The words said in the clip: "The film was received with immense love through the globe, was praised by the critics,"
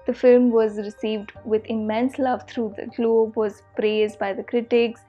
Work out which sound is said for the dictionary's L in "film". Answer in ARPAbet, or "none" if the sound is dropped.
L